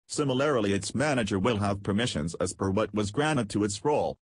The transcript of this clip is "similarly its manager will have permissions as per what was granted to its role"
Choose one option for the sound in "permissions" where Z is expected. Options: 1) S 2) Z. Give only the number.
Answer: 2